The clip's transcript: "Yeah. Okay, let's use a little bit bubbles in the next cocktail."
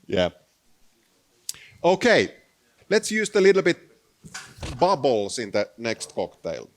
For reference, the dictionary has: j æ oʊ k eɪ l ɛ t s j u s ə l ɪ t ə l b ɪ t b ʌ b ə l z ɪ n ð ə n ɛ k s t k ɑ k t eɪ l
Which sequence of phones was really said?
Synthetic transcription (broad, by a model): j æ oʊ k eɪ l ɛ t s j u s ə l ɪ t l b ɪ t b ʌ b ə l s ɪ n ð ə n ɛ k s t k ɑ k t eɪ l